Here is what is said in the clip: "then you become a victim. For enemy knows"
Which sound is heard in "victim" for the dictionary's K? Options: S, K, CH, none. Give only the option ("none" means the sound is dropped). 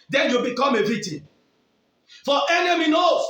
none